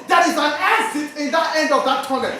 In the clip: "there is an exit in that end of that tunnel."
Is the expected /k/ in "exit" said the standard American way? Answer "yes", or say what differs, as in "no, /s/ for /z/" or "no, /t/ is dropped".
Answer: no, /k/ is dropped